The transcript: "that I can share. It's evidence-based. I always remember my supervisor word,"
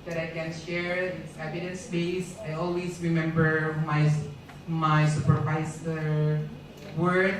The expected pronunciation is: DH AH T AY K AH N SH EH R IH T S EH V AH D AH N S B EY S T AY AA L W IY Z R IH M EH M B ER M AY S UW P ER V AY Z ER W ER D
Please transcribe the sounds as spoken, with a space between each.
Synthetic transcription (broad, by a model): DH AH T AY K AH N SH EH R IH T S EH V AH D AH N S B EY S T AY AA L W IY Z R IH M EH M B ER M AY S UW P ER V AY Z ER W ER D